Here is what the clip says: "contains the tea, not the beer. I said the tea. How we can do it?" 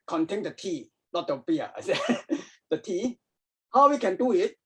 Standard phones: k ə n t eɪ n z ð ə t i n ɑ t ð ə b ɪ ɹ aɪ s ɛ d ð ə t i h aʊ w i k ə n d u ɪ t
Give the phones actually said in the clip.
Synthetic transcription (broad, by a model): k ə n t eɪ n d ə t i l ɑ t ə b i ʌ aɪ s ɛ d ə t i h aʊ w i k ə n d u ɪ t